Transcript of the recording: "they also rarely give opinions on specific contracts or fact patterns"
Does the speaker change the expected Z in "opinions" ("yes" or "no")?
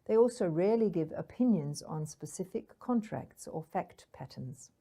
no